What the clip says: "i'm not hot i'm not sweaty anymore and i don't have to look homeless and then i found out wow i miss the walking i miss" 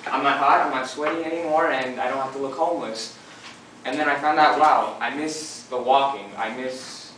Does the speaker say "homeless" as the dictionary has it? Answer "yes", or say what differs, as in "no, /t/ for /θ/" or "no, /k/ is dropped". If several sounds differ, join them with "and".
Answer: yes